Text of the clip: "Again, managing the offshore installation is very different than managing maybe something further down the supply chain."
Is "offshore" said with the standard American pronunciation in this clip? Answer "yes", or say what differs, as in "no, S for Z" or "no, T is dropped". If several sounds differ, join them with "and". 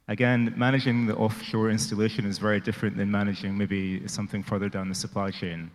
yes